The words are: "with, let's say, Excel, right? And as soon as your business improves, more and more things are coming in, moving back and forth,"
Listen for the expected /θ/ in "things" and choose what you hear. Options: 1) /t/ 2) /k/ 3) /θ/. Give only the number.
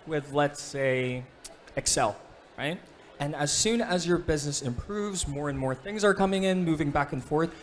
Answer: 3